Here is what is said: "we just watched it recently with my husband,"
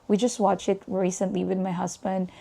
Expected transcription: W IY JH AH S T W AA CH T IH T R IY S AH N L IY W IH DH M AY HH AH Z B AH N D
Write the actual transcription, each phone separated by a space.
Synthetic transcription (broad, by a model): W IY JH AH S T W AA CH IH T R IY S AH N L IY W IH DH M AY HH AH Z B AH N D